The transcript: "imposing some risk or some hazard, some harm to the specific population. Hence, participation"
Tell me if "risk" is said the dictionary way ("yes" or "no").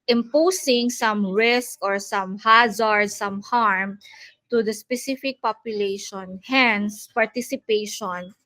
yes